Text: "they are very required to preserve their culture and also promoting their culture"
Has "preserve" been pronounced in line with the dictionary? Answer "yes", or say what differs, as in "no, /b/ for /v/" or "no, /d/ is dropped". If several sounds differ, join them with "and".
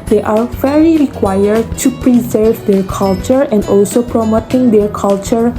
yes